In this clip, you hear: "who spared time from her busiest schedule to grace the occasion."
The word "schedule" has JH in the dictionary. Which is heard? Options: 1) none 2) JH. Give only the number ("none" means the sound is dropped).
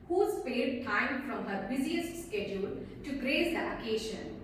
2